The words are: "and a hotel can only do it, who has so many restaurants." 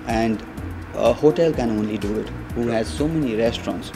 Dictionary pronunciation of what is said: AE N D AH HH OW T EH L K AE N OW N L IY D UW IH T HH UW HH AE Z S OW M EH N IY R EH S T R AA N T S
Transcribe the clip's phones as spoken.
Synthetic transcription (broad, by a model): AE N D AH HH OW T EH L K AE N OW N L IY D UW IH T HH UW HH AE Z S OW M EH N IY R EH S T R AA N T S